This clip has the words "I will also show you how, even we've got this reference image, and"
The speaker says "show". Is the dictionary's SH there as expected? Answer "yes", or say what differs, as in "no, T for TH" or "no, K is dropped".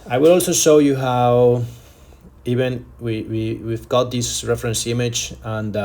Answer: yes